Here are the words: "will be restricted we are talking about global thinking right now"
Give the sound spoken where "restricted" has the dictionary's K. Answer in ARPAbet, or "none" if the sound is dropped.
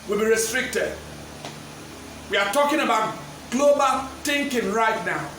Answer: K